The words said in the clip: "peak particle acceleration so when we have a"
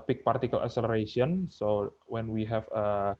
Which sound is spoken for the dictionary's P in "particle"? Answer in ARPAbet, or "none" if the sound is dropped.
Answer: P